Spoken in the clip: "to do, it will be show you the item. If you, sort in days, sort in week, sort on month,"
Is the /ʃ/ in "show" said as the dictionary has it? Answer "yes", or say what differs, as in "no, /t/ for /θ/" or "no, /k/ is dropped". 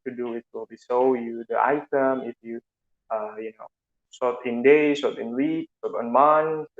no, /s/ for /ʃ/